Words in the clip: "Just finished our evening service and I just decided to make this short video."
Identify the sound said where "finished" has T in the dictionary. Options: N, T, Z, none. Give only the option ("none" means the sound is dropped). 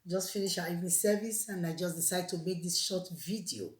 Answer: none